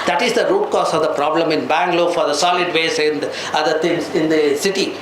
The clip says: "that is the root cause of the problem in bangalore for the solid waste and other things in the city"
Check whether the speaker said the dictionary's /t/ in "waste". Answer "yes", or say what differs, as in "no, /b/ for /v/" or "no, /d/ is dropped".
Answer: no, /t/ is dropped